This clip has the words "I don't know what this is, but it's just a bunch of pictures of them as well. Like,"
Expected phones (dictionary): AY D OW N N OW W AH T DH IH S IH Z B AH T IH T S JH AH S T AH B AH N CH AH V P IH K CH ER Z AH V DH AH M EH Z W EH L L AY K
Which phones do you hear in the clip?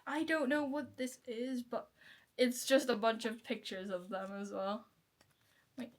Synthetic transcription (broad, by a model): AY D OW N N OW W AH T DH IH S IH Z B AH T IH T S JH AH S T AH B AH N CH AH V P IH K CH ER Z AH V DH AH M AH Z W EH L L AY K